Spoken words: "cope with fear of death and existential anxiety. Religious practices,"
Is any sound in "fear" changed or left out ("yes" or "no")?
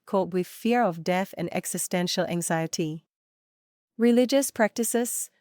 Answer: no